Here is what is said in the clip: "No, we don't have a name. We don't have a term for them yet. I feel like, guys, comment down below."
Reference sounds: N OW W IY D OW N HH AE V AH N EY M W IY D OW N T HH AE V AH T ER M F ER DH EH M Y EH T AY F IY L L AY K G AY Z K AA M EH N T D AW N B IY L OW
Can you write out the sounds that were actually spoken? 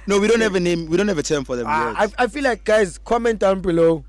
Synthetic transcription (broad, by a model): N OW W IY D OW N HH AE V AH N EY M W IY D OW N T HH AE V AH T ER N F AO DH EH M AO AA AY F IY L L AY K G AY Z K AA M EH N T D AW N B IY L OW